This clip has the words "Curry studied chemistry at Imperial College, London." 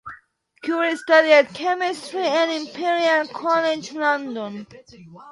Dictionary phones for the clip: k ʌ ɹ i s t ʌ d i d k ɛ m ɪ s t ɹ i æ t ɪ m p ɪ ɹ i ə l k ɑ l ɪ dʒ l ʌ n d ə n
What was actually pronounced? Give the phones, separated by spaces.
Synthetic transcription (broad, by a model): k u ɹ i s t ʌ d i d k ɛ m ɪ s t ɹ i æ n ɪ m p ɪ ɹ i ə n k ɑ l ɪ dʒ l ʌ n d ə n